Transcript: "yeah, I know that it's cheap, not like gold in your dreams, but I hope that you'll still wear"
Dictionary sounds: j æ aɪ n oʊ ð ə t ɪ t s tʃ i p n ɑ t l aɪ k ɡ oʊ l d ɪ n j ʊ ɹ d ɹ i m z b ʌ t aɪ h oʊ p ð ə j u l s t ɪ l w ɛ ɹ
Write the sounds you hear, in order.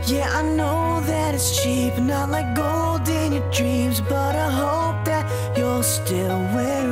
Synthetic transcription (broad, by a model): j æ aɪ n oʊ ð ə t ɪ t s tʃ i p n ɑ t l aɪ k ɡ oʊ l d ɪ n j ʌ ɹ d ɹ i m z b ʌ t aɪ h oʊ p ð ə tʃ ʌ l s t ɪ l w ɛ ɹ